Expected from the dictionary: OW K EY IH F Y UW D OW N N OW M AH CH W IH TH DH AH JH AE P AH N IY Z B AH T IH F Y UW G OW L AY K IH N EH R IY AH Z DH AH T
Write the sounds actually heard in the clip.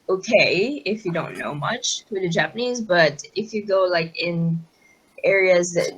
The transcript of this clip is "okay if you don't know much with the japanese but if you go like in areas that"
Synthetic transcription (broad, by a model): OW K EY IH F Y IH D OW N N OW M AH CH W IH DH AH JH AE P AH N IY Z B AH T IH F Y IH G OW L AY K IH N EH R IY AH Z DH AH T